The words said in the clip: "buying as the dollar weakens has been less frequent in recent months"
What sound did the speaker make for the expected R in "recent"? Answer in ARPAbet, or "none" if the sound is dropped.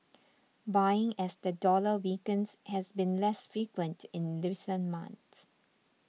L